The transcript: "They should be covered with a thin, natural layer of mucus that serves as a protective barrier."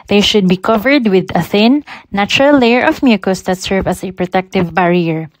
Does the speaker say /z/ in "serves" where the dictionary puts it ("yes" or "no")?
no